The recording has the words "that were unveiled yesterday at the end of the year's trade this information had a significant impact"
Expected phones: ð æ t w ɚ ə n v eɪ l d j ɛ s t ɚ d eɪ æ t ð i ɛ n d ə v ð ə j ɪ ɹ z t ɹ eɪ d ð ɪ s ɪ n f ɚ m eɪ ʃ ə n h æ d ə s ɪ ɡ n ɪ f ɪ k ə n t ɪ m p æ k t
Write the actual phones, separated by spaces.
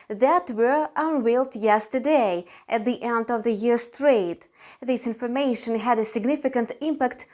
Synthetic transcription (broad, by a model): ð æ t w ɚ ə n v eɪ l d j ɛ s t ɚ d eɪ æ t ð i ɛ n d ə v ð ə j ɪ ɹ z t ɹ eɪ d ð ɪ s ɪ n f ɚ m eɪ ʃ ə n h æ d ə s ɪ ɡ n ɪ f ɪ k ə n t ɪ m p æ k t